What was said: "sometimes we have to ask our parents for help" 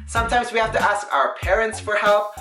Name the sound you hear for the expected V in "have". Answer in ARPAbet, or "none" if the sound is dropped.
F